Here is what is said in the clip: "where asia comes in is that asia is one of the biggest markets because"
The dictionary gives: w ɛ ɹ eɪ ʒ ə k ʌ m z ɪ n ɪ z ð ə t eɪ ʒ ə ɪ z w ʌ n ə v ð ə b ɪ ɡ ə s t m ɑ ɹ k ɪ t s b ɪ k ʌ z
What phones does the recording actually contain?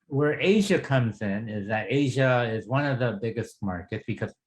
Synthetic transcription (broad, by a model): w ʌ ɹ eɪ ʒ ə k ʌ m z ɪ n ɪ z ð ə t eɪ ʒ ə ɪ z w ʌ n ə v ð ə b ɪ ɡ ə s t m ɑ ɹ k ɪ t s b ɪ k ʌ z